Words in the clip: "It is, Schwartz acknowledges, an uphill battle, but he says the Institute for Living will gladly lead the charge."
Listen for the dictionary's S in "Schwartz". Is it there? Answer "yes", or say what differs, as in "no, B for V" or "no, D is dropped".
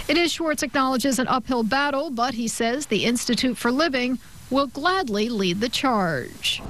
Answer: no, S is dropped